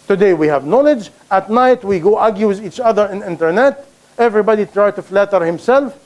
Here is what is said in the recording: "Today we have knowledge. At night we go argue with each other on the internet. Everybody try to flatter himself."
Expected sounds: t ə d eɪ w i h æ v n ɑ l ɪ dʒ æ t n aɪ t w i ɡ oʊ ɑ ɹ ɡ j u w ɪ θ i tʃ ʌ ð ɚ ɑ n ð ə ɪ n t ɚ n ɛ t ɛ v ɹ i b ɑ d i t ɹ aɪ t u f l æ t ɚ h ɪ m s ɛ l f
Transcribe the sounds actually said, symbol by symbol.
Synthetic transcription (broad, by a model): t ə d eɪ w i h æ v n ɑ l ɪ dʒ æ t n aɪ t w i ɡ oʊ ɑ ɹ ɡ j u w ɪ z i tʃ ʌ ð ɚ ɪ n ɪ n t ɚ n ɛ t ɛ v ɹ i b ɑ d i t ɹ aɪ t u f l æ t ɚ h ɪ m s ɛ l f